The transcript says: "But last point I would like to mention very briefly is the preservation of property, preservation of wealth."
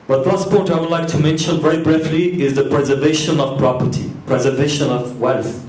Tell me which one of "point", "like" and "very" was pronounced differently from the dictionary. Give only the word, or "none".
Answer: point